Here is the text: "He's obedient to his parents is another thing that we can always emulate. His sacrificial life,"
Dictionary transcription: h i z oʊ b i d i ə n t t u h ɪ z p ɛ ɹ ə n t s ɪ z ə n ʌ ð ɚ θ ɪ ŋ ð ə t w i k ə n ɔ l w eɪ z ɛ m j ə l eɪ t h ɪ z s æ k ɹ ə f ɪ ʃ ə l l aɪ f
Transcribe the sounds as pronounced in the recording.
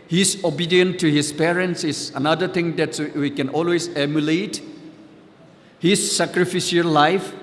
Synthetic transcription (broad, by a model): h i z oʊ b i d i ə n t t u h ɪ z p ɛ ɹ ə n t s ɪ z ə n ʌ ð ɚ t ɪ ŋ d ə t w i k ə n ɔ l w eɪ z ɛ m j ə l eɪ t h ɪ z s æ k ɹ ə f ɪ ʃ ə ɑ l aɪ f